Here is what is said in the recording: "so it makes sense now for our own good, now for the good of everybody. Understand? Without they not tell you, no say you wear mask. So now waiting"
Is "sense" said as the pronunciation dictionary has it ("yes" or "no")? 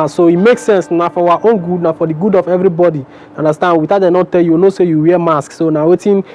yes